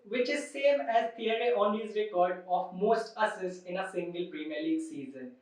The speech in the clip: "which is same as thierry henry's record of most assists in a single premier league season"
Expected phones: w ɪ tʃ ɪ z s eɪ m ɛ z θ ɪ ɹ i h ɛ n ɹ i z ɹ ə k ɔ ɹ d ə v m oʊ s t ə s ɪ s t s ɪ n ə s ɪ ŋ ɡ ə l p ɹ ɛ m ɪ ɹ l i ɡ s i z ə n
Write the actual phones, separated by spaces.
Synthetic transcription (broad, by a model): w ɪ tʃ ɪ z s eɪ m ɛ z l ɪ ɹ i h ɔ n l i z ɹ ə k ɔ ɹ d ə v m oʊ s t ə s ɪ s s ɪ n ə s ɪ ŋ ɡ ə l p ɹ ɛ m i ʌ l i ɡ s i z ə n